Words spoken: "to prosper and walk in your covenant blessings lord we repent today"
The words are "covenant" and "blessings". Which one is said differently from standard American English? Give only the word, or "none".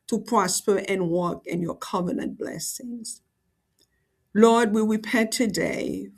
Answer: none